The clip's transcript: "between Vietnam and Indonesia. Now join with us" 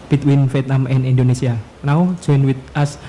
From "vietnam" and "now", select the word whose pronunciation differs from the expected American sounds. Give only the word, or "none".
vietnam